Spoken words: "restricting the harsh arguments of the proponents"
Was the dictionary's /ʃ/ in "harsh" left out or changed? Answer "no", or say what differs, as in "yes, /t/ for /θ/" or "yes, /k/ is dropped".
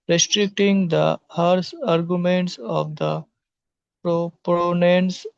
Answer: yes, /s/ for /ʃ/